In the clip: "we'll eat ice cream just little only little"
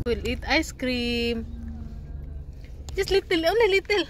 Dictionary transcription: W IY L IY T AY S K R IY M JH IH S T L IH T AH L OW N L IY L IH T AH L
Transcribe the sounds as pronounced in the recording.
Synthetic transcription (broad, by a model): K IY L IY T AY S K R IY M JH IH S L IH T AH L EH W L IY L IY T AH L